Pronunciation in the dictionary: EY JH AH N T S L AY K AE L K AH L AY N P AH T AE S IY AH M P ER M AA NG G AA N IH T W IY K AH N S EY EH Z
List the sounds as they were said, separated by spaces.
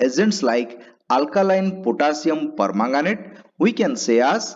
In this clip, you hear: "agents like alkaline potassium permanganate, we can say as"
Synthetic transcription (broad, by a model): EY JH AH N T S L AY K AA L K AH L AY N P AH T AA S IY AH M P ER M AA NG G AA N IH T W IY K AH N S EY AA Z